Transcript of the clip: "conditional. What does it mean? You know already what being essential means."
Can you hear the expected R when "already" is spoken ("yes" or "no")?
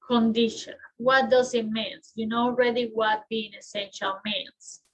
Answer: yes